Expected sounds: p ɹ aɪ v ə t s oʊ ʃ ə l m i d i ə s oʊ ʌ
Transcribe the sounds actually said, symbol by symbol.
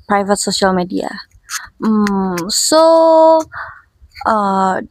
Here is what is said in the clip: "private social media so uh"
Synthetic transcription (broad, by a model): p ɹ aɪ v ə t s oʊ ʃ ə l m i d i ə s oʊ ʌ